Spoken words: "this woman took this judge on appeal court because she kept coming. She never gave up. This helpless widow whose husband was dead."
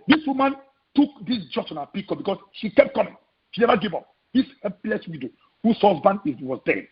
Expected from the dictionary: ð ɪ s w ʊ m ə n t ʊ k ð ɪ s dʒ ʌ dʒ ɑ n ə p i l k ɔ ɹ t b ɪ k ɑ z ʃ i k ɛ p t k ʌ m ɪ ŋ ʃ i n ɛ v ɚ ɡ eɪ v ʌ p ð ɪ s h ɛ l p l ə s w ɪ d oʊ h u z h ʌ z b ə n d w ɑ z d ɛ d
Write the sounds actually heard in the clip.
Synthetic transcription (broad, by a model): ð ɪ s w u m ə n t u k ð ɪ s dʒ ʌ tʃ ɑ n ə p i k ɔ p b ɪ k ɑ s ʃ i k ɛ p t k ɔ m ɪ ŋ ʃ i n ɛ v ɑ ɡ eɪ v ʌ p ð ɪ s h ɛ p l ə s w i d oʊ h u s h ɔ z b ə n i w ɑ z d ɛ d